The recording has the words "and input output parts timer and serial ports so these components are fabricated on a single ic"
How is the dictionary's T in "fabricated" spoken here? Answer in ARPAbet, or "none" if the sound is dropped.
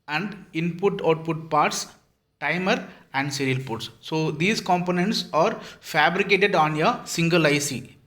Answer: T